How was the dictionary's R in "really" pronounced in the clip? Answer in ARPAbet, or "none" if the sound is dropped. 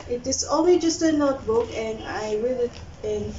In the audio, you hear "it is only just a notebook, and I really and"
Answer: W